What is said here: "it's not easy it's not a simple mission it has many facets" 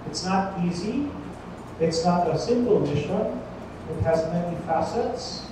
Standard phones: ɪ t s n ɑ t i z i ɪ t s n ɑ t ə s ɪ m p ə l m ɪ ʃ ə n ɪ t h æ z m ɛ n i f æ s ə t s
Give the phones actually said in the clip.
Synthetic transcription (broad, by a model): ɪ t s n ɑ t i z i ɪ t s n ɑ t ə s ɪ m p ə l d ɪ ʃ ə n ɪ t h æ z m ɛ n i f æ s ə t s